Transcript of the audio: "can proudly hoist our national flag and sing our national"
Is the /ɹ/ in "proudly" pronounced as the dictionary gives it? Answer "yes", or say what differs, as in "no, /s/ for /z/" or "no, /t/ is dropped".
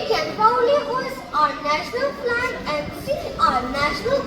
no, /ɹ/ is dropped